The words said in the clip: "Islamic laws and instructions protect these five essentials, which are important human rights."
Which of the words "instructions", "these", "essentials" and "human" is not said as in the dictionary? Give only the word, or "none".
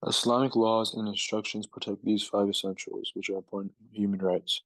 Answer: none